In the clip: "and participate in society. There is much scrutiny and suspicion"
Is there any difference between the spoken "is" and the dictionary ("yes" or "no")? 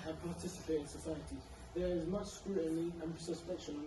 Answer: no